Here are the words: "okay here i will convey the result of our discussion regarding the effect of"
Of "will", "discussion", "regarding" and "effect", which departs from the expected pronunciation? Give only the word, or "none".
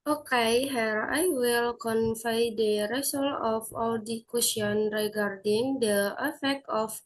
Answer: discussion